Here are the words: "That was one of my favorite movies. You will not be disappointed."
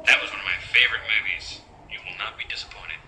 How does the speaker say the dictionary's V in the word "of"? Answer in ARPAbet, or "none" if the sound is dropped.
V